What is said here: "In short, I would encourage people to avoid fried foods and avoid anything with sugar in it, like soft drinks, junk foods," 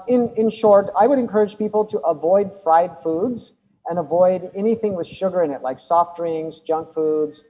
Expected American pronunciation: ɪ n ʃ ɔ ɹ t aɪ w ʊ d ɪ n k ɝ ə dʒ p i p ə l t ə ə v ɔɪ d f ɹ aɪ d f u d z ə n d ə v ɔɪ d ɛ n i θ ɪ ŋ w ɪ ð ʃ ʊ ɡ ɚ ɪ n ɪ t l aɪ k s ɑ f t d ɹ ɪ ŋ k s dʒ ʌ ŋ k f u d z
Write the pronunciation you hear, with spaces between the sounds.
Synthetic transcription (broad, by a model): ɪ n ʃ ɔ ɹ t aɪ w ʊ d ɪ n k ɝ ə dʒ p i p l t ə ə v ɔɪ d f ɹ aɪ d f u d z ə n ə v ɔɪ d ɛ n i θ ɪ ŋ w ɪ ð ʃ ʊ ɡ ɚ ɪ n ɪ t l aɪ k s ɑ f t ɹ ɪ ŋ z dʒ ʌ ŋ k f u d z